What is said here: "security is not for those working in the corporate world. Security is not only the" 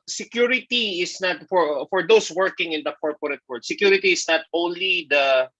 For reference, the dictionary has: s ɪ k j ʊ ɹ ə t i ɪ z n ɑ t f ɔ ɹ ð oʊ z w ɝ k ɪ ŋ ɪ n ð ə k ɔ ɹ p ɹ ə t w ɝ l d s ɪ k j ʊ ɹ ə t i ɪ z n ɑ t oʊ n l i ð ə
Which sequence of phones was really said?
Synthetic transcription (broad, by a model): s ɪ k j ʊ ɹ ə t i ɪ s n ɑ t f ɔ ɹ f oʊ s w ɝ k ɪ ŋ ɪ n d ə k ɔ ɹ p ɹ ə t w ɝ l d s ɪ k j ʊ ɹ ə t i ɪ s n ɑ t oʊ n l i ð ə